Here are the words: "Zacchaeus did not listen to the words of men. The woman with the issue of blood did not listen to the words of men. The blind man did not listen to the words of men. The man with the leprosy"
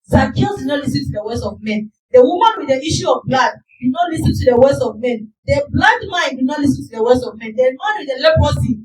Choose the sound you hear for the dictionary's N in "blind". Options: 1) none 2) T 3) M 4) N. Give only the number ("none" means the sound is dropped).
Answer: 1